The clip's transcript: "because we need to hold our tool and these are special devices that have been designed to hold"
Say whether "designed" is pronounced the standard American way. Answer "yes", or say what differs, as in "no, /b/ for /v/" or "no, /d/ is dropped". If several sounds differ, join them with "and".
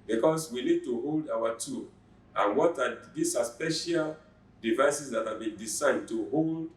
no, /s/ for /z/